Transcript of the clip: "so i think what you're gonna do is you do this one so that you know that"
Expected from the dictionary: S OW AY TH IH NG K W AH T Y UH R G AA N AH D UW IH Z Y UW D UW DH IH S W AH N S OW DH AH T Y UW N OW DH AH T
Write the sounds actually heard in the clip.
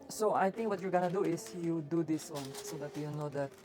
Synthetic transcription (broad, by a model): S OW AY T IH NG K W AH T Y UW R G AA N AH D UW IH S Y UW D UW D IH S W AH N S OW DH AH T Y UW N OW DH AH T